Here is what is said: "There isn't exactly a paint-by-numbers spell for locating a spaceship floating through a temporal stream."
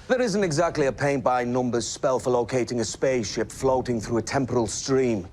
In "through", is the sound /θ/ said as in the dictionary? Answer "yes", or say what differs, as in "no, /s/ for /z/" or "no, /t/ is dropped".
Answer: yes